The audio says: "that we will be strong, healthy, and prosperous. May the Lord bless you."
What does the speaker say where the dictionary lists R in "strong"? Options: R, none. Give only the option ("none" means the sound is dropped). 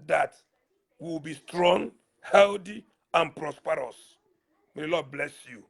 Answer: R